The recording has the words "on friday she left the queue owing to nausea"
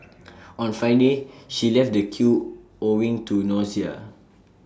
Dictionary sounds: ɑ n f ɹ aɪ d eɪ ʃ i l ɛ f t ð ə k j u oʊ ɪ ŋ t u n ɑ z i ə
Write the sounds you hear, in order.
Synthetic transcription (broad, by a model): ɑ n f aɪ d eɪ ʃ i l ɛ f t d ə k j u oʊ ɪ ŋ t u n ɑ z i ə